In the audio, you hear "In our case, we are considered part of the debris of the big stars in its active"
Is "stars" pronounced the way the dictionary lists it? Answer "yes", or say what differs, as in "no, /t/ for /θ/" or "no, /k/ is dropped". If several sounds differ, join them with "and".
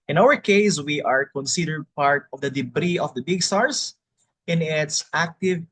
no, /s/ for /z/